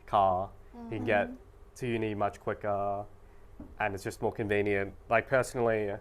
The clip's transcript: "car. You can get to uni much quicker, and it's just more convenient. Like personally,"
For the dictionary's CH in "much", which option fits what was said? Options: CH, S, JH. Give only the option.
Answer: CH